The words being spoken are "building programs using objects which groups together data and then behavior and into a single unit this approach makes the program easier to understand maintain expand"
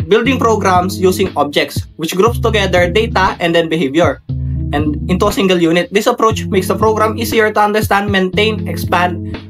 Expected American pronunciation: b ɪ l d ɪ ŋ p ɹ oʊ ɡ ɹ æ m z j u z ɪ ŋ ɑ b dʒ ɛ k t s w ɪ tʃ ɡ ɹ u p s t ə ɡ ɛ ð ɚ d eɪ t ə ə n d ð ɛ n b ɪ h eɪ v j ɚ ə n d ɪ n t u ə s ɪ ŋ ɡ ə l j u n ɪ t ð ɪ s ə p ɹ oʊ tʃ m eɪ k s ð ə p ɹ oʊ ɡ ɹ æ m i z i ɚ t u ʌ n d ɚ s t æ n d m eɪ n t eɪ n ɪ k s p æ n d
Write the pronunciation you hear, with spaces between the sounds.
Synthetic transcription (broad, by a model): b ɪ l d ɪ ŋ p ɹ oʊ ɡ ɹ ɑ m s j u s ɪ ŋ ɑ b dʒ ɛ k t s w ɪ tʃ ɡ ɹ u p s t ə ɡ ɛ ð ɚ d eɪ t ə ə n d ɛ n b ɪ h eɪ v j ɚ ə n d ɪ n t u ə s ɪ ŋ ɡ ə l j u n ɪ t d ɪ s ə p ɹ oʊ tʃ m eɪ k s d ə p ɹ oʊ ɡ ɹ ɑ m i s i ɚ t u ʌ n d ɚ s t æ n d m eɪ n t eɪ n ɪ k s p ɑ n d